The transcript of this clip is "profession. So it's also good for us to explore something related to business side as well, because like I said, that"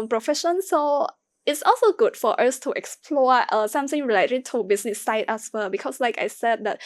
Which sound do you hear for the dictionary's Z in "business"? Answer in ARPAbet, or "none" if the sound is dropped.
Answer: S